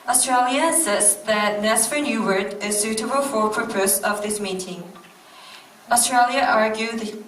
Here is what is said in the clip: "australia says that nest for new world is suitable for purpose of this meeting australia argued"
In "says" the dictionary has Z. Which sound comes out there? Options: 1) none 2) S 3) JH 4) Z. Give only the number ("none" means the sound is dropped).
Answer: 2